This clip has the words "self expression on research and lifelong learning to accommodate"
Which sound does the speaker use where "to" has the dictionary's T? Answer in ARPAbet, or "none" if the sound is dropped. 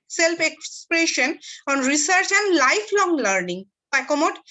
S